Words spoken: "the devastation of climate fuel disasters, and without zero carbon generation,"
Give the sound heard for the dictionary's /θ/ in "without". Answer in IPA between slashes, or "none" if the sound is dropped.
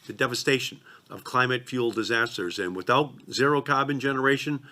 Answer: /θ/